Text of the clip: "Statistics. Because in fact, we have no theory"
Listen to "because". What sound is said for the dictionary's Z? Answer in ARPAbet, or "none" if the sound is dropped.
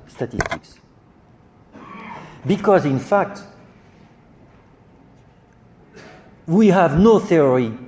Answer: Z